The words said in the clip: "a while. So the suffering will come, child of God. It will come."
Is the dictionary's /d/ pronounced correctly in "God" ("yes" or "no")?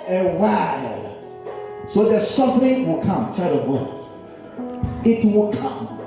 no